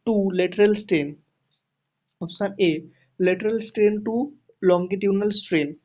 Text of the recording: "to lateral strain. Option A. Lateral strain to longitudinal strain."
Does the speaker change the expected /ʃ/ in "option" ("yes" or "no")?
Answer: yes